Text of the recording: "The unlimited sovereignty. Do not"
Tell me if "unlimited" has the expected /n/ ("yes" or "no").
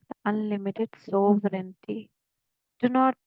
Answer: yes